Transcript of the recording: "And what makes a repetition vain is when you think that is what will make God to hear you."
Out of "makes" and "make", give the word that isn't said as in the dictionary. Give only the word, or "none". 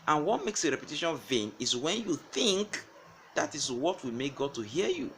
none